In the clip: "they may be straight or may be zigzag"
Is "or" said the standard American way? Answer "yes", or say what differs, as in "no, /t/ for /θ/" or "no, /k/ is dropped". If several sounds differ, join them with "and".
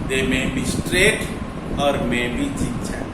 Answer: yes